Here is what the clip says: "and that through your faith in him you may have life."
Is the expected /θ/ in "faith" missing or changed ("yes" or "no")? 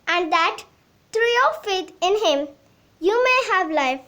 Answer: yes